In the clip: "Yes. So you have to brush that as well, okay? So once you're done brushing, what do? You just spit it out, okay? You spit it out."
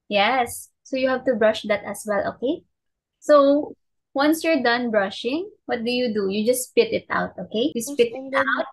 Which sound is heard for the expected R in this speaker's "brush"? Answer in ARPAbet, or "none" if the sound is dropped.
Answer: R